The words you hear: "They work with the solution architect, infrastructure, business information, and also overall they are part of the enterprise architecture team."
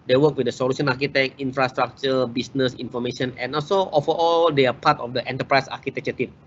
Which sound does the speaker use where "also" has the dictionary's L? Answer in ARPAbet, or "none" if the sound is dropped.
L